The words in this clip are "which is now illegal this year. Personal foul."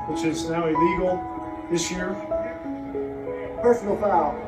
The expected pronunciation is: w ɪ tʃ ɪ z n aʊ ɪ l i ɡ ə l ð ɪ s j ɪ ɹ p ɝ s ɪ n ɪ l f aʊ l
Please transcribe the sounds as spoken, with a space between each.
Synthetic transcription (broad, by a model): w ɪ tʃ ɪ z n aʊ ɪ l i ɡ l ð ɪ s j ɪ ɹ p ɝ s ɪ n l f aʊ